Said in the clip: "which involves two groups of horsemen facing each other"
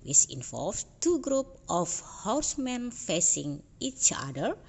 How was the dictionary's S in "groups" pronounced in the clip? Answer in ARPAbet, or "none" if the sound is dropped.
none